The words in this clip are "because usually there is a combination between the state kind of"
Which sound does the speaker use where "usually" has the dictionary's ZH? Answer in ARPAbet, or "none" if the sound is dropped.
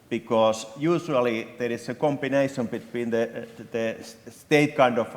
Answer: S